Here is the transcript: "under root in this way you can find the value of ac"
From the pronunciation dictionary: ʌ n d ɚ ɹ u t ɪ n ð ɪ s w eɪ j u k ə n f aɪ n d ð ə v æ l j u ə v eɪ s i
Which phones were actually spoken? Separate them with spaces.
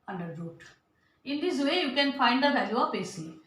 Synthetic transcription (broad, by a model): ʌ n d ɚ ɹ u t ɪ n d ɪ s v eɪ j u k ə n f aɪ n d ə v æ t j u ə p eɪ s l